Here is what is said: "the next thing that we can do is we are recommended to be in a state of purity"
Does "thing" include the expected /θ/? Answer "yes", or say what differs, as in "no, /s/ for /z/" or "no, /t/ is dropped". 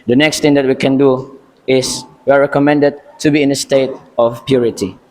no, /t/ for /θ/